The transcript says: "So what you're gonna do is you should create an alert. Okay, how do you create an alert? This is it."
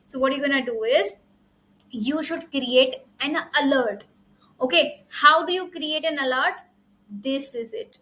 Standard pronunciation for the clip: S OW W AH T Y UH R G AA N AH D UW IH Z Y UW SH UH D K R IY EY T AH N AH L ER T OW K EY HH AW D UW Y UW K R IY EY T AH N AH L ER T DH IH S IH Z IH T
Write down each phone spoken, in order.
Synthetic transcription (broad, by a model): S OW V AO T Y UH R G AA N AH D UW IH Z Y UW SH UH D K R IY EY T AH N AH L ER T OW K EY HH AW D UW Y UW K R IY EY T AH N AH L ER T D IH S IH Z IH T